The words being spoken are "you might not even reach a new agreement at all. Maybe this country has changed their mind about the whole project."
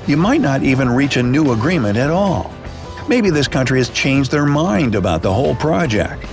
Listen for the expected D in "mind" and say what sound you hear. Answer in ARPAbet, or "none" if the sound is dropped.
D